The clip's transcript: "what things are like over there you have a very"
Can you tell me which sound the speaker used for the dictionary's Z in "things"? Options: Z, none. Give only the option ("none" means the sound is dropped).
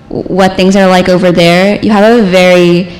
Z